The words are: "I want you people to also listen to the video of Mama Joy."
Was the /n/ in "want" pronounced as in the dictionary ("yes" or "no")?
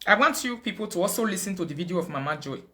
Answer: yes